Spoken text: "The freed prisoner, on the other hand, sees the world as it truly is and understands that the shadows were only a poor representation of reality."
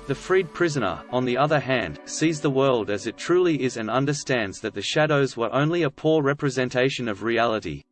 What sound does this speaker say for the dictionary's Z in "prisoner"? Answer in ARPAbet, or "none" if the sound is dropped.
Z